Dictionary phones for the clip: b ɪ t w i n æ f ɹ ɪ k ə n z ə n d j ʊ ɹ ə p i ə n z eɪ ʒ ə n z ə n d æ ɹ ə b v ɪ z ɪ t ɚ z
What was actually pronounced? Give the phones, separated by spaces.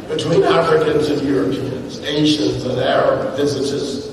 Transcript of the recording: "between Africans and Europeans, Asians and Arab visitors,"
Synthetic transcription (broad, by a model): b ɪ t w i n æ f ɹ ɪ k ə n z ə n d j ʊ ɹ ə p i ə n z eɪ ʃ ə n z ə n æ ɹ ə b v ɪ z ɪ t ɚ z